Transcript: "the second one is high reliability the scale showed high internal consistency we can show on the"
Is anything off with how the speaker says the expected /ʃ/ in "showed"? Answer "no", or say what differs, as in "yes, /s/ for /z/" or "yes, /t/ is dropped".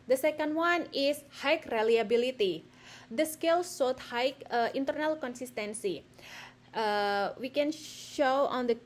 yes, /s/ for /ʃ/